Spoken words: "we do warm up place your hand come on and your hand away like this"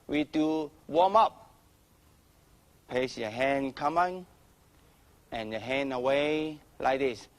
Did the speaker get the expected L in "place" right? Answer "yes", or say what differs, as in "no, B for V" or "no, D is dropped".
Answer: no, L is dropped